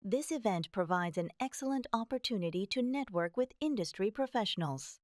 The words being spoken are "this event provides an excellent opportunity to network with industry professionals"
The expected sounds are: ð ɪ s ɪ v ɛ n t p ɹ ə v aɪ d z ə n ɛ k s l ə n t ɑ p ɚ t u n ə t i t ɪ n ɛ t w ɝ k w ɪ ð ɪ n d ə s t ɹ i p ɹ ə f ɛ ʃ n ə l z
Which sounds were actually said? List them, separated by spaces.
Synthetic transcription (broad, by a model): ð ɪ s ɪ v ɛ n t p ɹ ə v aɪ d z ə n ɛ k s l ə n t ɑ p ɚ t u n ə t i t ɪ n ɛ t w ɝ k w ɪ ð ɪ n d ə s t ɹ i p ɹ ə f ɛ ʃ n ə l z